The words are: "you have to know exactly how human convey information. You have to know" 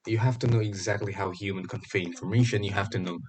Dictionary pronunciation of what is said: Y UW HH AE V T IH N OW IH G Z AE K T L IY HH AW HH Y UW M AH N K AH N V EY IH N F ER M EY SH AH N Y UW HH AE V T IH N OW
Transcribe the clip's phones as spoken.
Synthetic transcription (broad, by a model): Y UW HH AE F T IH N OW IH G Z AE K T L IY HH AW HH Y UW M AH N K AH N F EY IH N F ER M EY SH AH N Y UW HH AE F T IH N OW